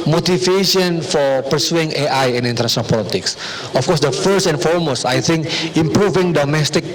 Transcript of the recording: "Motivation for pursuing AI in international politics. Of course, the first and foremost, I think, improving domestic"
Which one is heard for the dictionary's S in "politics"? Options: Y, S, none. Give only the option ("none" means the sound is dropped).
S